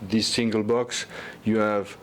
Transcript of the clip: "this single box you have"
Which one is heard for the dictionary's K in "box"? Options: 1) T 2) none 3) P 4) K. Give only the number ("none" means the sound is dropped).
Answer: 4